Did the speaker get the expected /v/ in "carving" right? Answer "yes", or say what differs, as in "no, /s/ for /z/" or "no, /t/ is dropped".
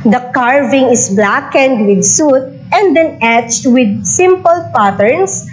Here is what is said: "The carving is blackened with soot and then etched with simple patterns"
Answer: yes